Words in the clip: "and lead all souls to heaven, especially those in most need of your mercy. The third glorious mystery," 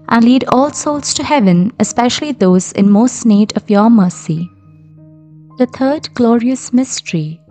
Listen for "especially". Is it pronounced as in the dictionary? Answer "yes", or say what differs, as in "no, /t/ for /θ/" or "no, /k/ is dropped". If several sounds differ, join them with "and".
yes